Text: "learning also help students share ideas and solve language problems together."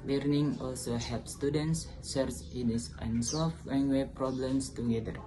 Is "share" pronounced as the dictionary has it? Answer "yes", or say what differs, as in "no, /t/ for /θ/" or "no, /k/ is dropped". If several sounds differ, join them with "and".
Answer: no, /s/ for /ʃ/